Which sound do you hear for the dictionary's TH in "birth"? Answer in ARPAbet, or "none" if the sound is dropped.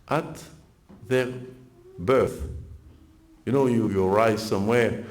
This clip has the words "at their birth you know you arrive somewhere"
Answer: TH